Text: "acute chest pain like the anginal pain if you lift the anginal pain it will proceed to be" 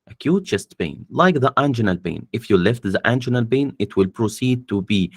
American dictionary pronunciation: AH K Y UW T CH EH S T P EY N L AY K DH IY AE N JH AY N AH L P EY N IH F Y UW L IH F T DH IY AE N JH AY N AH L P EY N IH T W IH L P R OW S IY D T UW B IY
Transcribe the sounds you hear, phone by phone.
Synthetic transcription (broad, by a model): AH K Y UW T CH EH S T B EY N L AY K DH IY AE N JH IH N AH L B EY N IH F Y UW L IH F T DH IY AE N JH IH N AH L B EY N IH T W IH L P R OW S IY D T UW B IY